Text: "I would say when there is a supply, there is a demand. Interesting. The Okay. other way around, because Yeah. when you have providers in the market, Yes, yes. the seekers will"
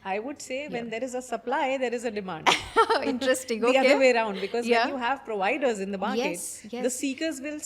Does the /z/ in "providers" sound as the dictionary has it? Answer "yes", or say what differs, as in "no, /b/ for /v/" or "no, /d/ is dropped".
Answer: yes